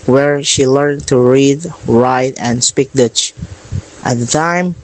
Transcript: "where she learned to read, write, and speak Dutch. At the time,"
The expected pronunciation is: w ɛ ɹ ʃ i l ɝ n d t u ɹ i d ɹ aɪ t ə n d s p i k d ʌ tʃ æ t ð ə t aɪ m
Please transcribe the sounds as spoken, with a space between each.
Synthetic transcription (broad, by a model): w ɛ ɹ ʃ i l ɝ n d t u ɹ i d ɹ aɪ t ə n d s p i k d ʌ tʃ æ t ð ə t aɪ m